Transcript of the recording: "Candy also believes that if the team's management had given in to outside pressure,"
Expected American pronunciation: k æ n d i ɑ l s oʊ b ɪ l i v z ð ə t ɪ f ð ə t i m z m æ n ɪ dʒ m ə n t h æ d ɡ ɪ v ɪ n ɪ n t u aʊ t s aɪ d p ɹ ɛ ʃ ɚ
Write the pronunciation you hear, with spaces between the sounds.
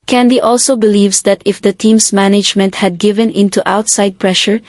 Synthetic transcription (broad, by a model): k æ n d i ɑ l s oʊ b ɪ l i v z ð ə t ɪ f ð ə t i m s m æ n ɪ dʒ m ə n t h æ d ɡ ɪ v ɪ n ɪ n t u aʊ t s aɪ d p ɹ ɛ ʃ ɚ